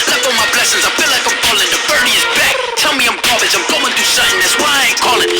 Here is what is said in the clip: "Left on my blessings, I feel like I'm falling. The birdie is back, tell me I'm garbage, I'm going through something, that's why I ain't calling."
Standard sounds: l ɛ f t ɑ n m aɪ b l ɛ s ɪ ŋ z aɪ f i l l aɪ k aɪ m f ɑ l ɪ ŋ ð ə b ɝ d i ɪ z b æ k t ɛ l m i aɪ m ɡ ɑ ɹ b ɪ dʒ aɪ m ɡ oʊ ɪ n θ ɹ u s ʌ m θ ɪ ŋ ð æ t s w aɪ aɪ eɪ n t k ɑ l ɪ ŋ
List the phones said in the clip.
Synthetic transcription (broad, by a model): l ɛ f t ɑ l m aɪ b l ɛ s ɪ ŋ z aɪ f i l l aɪ k aɪ m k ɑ l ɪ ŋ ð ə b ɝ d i ɪ z b æ k t ɛ l m i aɪ m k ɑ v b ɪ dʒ aɪ m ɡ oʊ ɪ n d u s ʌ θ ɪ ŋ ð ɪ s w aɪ aɪ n k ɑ l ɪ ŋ